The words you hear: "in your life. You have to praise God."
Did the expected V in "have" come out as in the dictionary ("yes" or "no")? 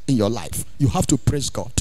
no